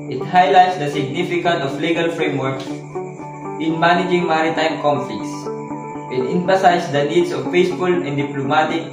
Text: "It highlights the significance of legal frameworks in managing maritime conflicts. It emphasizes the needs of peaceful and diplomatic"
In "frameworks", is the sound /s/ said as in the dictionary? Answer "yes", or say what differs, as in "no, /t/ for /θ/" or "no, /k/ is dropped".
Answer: no, /s/ is dropped